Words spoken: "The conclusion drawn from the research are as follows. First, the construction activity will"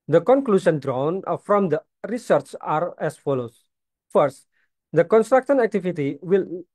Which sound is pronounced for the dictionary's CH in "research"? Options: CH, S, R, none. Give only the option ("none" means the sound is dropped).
CH